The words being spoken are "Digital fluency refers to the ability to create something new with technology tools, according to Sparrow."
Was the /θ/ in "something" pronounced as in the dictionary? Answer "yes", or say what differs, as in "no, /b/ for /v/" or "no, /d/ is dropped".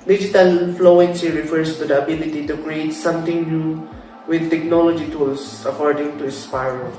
no, /t/ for /θ/